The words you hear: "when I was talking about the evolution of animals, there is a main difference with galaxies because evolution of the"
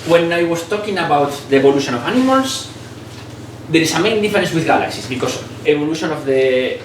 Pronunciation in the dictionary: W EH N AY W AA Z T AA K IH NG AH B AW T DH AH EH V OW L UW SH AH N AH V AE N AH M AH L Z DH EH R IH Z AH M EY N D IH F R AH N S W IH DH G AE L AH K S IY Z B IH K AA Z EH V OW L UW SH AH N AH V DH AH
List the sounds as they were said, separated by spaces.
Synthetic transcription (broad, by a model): W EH N AY W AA S T AA K IH NG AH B AW T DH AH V OW L UW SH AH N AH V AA N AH M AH L S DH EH R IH S AH M EY N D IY F R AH N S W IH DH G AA L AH K S IY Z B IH K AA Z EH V OW L UW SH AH N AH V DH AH